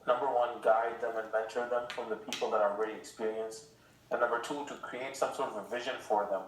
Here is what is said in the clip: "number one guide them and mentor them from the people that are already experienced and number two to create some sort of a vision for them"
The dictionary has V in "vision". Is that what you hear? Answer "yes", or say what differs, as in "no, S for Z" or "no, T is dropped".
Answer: yes